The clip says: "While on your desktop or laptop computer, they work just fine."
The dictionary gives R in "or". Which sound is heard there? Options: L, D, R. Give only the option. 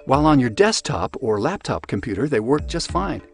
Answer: R